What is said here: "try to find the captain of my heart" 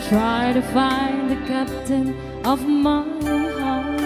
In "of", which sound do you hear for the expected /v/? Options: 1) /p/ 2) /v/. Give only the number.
2